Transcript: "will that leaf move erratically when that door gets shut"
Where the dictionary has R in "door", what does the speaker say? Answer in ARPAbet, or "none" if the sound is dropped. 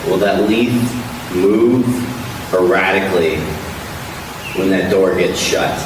R